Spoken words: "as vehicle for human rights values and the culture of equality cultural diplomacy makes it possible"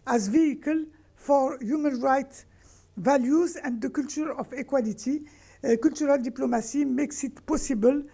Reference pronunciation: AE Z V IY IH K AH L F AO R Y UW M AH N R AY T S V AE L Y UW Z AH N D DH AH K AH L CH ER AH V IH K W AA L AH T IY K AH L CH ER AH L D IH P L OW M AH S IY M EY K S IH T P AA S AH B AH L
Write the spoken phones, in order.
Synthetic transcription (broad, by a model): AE Z V IY IH K AH L F AO R Y UW M AH N R AY T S V AE L Y UW Z AH N D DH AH K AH L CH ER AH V IH K W AA L AH T IY K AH L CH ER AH L D IH P L OW M AH S IY M EY K S IH T P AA S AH B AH L